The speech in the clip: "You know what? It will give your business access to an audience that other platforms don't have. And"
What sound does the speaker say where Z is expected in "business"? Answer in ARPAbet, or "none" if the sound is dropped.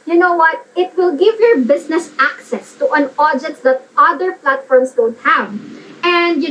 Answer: S